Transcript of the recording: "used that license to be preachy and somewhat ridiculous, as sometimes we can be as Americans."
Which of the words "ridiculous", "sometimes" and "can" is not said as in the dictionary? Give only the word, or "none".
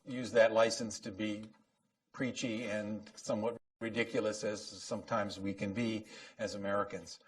none